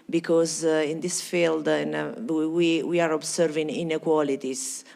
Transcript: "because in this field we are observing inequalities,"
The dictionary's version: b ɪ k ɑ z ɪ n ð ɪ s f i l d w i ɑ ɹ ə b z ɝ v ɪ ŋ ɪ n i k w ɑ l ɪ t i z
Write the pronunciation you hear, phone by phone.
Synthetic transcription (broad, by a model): b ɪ k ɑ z ɪ n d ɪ s f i l d w i ɑ ɹ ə b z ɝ v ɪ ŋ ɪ n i k w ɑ l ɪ t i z